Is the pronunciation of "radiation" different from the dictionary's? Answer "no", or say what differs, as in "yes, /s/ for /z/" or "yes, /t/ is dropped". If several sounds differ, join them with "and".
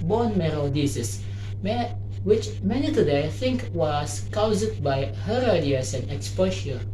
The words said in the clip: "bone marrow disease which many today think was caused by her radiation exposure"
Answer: yes, /s/ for /ʃ/